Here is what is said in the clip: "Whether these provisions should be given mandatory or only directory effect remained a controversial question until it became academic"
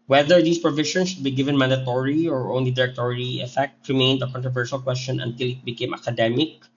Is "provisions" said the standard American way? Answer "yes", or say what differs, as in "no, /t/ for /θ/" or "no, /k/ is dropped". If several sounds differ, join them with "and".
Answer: no, /ʃ/ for /ʒ/